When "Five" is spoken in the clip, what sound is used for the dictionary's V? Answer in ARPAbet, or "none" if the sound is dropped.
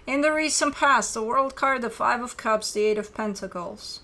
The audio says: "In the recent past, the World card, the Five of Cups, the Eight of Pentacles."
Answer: V